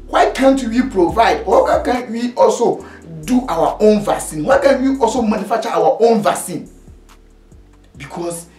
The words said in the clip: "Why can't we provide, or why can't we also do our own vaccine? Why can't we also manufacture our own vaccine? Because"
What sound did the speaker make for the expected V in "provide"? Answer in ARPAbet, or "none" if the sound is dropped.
V